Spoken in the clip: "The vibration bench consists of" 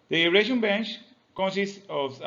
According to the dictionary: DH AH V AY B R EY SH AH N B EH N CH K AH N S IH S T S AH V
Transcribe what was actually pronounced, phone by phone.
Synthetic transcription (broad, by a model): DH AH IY R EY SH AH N B EH N CH K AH N S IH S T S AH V